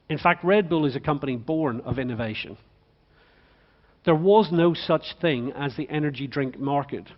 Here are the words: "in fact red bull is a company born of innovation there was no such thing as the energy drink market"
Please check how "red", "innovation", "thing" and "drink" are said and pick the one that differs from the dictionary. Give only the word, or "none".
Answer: none